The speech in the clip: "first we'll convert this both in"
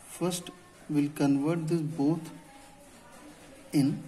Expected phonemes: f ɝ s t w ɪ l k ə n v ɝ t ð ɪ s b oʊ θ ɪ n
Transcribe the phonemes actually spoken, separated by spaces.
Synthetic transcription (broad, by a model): f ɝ s t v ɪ l k ə n v ɝ t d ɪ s b oʊ t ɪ n